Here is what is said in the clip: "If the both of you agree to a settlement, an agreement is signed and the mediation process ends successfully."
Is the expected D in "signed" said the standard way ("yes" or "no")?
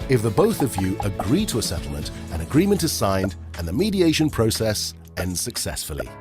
yes